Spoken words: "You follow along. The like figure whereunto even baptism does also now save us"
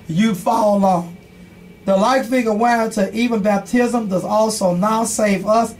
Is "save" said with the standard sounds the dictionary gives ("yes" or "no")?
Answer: yes